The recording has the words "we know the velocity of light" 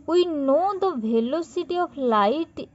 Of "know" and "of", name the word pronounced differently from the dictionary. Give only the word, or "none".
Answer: of